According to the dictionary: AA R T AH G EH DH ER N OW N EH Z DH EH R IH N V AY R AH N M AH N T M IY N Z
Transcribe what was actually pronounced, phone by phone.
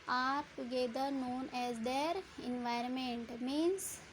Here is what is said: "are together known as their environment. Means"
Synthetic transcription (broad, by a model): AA R T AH G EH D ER N OW N EH Z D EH R IH N V AY R AH N M AH N T M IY N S